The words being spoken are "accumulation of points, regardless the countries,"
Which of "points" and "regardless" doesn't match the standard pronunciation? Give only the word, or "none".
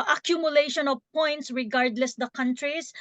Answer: none